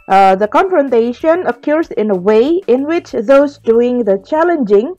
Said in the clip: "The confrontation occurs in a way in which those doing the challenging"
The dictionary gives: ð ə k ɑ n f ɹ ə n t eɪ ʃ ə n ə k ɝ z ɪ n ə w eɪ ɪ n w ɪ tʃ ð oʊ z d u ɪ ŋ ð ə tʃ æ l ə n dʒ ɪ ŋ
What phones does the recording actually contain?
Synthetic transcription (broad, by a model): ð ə k ɑ n f ɹ ə n t eɪ ʃ ə n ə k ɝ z ɪ n ə w eɪ ɪ n w ɪ tʃ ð oʊ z d u ɪ ŋ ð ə tʃ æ l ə n dʒ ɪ ŋ